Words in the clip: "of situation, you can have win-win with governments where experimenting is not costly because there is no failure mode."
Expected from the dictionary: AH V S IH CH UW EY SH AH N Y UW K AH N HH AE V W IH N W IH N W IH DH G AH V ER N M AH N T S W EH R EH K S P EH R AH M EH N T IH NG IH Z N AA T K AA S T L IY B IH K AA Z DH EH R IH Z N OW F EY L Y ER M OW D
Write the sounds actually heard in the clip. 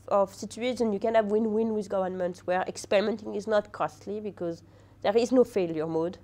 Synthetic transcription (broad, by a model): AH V S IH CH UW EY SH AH N Y UW K AH N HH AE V W IH N W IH N W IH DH G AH V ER N M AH N T S W EH R EH K S P EH R AH M EH N T IH NG IH Z N AA T K AA S T L IY B IH K AA Z DH EH R IH Z N OW F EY L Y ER M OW D